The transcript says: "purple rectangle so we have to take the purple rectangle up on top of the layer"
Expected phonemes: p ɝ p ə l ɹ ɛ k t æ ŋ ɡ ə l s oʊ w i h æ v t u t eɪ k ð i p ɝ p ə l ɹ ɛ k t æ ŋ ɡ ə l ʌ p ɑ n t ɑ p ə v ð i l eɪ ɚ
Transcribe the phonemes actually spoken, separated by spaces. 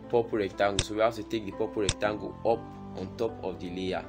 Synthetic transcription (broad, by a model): p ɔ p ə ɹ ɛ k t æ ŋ ɡ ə s oʊ w i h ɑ t u t eɪ k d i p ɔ p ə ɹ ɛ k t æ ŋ ɡ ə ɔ p ɑ n t ɑ p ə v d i l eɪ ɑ